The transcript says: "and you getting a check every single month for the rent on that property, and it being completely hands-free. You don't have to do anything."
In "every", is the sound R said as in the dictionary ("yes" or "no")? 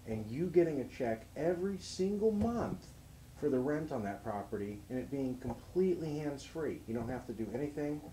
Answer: yes